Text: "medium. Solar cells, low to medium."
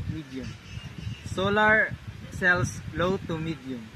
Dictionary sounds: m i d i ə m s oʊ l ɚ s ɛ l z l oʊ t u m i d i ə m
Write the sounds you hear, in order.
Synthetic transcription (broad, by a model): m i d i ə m s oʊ l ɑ s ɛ l s l oʊ t u m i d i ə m